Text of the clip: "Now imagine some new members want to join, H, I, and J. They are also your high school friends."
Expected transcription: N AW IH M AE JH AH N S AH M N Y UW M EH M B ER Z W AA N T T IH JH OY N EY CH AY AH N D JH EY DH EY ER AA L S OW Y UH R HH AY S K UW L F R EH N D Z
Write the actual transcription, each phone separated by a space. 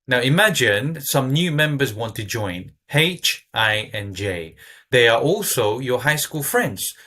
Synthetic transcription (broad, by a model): N AW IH M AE JH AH N S AH M N Y UW M EH M B ER Z W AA N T T IH JH OY N EY CH AY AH N JH EY DH EY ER AA L S OW Y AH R HH AY S K UW L F R EH N D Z